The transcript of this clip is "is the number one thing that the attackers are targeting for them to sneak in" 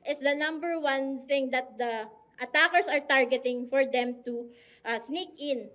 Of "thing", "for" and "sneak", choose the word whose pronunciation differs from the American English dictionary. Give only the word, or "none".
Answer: none